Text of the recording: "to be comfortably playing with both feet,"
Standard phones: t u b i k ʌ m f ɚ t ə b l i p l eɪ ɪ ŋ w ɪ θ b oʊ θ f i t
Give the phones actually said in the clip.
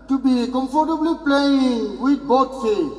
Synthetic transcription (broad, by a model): t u b i k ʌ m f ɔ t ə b l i p l eɪ ɪ ŋ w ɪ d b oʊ t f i